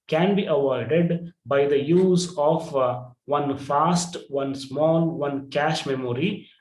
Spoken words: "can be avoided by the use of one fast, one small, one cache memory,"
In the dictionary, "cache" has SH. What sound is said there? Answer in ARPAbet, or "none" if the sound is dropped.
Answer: SH